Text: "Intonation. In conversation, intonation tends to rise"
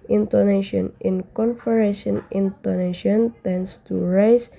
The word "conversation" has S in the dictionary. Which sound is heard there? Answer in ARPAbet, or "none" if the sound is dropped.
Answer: none